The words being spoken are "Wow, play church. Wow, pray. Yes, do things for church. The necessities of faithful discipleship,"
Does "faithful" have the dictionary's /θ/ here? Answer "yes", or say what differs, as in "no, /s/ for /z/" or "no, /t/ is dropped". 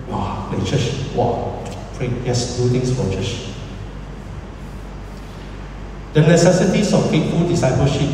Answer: no, /t/ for /θ/